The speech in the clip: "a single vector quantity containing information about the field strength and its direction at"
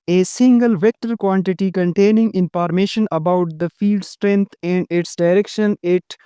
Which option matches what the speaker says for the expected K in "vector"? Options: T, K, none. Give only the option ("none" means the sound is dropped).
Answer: K